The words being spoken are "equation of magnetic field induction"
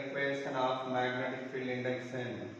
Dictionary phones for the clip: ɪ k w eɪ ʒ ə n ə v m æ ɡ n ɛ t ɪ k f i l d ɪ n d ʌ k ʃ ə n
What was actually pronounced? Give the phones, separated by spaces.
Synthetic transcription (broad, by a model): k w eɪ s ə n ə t m æ ɡ n ɛ t ɪ k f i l ɪ n d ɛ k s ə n